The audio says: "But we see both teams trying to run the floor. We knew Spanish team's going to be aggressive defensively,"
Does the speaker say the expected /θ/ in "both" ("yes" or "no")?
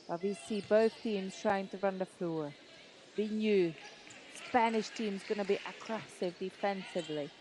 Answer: yes